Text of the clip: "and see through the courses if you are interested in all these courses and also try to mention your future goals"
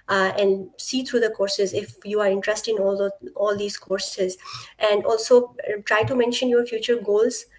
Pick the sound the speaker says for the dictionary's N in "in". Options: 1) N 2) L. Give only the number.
2